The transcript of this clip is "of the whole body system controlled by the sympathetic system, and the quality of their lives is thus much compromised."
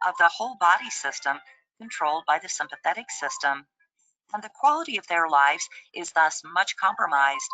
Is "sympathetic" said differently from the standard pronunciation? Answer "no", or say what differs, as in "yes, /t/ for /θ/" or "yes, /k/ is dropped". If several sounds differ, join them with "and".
no